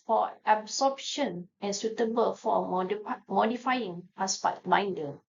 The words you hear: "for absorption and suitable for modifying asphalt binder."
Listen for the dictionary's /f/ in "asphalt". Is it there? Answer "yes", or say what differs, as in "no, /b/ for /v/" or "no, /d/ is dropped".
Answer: no, /p/ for /f/